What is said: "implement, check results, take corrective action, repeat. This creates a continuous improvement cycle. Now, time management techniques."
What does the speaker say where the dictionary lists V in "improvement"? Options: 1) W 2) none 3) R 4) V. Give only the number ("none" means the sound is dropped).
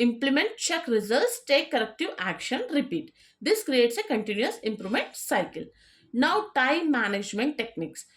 2